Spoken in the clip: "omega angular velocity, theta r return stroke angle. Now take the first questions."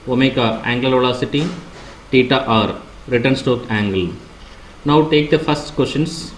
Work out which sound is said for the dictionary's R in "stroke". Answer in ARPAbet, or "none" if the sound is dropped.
none